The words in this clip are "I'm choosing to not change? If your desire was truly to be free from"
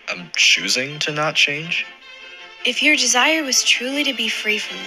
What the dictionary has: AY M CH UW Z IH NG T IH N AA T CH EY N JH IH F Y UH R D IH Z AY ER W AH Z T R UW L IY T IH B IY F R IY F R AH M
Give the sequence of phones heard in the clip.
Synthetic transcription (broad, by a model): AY M CH UW Z IH NG T IH N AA T CH EY N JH IH F Y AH R D IH Z AY ER W AH Z T R UW L IY T IH B IY F R IY F R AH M